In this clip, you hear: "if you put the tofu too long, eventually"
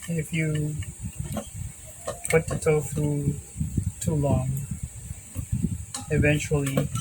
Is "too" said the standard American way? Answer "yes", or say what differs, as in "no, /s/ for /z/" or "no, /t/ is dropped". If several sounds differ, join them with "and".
yes